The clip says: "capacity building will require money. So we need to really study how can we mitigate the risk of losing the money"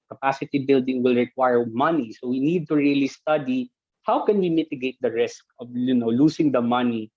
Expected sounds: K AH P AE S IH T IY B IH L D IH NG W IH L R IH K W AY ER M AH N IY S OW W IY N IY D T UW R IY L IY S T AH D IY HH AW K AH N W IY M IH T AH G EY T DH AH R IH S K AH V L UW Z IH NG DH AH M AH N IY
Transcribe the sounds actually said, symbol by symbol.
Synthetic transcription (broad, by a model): K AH P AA S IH T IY B IH L D IH NG W IH L R IH K W AY ER M AH N IY S OW W IY N IY D T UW R IY L IY S T AH D IY HH AW K AH N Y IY M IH T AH G EY T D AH R IH S K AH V L UW S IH NG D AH M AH N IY